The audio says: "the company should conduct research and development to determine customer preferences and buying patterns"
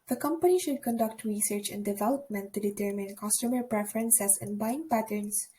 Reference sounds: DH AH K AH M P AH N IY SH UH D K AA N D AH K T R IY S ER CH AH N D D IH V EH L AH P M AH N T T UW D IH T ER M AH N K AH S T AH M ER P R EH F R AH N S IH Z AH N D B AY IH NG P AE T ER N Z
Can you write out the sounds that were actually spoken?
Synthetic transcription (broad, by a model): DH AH K AH M P AH N IY SH UH D K AA N D AH K T R IY S ER CH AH N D D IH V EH L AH P M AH N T T UW D IH T ER M AH N K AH S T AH M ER P R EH F R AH N S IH S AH N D B AY IH NG P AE T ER N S